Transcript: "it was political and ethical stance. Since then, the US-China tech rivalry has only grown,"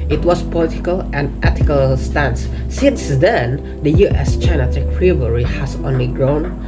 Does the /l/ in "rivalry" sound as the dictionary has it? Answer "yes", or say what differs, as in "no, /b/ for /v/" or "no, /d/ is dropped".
no, /l/ is dropped